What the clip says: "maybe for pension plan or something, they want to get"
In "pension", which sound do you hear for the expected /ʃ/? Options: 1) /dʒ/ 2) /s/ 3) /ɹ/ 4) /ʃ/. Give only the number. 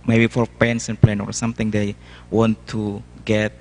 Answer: 2